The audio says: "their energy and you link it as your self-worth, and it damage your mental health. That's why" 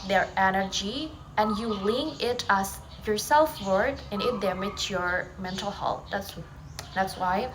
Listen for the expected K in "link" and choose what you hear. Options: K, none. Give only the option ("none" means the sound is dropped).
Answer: none